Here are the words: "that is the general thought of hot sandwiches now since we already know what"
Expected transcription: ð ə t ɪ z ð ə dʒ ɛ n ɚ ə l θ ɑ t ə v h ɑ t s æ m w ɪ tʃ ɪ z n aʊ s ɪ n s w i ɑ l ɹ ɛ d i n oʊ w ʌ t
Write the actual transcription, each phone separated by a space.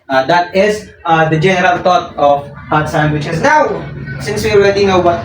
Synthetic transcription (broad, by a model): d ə t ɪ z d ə dʒ ɛ n ɚ ə l t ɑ t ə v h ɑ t s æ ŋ w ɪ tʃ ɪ s n aʊ s ɪ n s w i ɑ l ɹ ɛ d i n oʊ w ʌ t